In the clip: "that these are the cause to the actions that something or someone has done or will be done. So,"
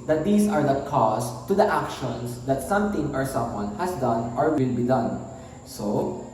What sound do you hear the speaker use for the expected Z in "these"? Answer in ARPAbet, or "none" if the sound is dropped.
S